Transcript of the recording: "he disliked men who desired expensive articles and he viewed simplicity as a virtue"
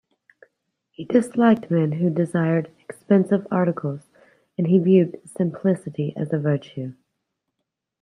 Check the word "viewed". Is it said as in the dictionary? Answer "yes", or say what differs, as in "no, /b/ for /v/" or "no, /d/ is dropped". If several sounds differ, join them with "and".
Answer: yes